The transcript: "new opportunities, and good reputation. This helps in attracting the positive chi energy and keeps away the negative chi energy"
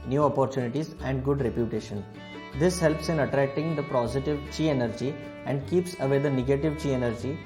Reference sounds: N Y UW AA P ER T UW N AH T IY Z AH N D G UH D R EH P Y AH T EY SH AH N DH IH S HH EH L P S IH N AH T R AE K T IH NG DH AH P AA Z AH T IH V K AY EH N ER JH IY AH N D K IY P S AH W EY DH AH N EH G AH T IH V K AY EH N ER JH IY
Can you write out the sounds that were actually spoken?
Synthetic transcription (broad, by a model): N Y UW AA P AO T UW N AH T IY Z AH N D G UH D R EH P Y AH T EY SH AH N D IH S HH EH L P S IH N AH T R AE K T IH NG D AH P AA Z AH T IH V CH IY EH N ER JH IY AH N D K IY P S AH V EY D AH N EH G AH T IH V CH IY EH N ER JH IY